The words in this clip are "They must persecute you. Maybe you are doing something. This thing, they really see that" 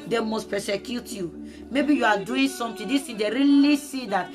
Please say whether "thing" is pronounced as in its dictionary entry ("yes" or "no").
no